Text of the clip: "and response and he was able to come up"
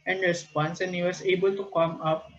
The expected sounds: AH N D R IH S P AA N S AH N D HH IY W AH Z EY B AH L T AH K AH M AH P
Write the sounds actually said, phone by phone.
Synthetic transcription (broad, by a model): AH N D R IH S P AA N S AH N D HH IY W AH S EY B AH L T AH K AH M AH P